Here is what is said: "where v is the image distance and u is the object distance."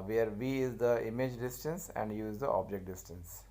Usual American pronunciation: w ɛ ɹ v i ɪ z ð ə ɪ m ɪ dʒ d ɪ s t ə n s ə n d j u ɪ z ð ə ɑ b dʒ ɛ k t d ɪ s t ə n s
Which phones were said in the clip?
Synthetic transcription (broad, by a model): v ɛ ɹ v i ɪ z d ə ɪ m ɪ dʒ d ɪ s t ə n s ə n d j u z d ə ɑ b dʒ ɛ k t d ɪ s t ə n s